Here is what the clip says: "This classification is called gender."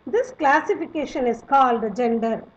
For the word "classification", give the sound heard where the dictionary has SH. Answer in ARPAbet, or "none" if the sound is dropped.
SH